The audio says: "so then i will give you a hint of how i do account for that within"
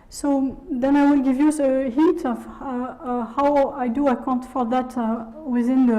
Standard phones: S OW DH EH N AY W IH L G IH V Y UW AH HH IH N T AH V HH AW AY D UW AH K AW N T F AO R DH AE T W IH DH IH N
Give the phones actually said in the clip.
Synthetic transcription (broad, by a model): S OW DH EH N AY W IH L G IH V Y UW AH HH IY T AH V HH AW AY D UW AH K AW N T F AO R DH AE T W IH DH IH N